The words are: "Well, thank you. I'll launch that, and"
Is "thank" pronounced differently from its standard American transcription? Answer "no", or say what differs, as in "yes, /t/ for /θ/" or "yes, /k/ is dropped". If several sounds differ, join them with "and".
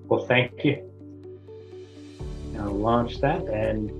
no